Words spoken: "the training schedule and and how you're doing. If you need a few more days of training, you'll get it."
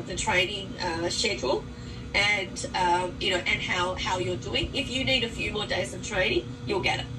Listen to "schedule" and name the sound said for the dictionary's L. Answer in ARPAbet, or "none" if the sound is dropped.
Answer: N